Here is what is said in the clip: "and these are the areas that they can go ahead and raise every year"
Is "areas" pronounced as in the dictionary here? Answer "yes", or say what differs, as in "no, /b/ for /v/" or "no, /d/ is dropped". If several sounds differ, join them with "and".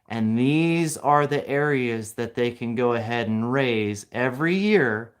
yes